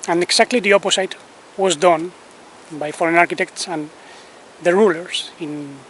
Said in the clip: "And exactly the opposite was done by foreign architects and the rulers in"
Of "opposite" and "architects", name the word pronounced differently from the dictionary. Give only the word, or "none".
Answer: opposite